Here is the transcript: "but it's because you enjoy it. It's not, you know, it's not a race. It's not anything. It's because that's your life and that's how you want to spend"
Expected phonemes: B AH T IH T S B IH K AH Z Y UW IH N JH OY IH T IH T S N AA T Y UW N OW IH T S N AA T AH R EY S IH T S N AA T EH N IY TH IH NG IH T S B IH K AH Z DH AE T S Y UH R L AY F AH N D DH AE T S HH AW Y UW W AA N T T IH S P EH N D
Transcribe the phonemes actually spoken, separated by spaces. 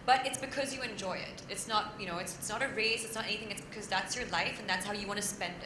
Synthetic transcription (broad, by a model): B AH T IH T S B IH K AH Z Y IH IH N JH OY IH T IH T S N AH T Y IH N OW IH T S N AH T AH R EY S IH T S N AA T EH N IY TH IH NG IH T S B IH K AH Z DH AE T S Y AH R L AY F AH N DH AE T S HH AW Y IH W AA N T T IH S P EH N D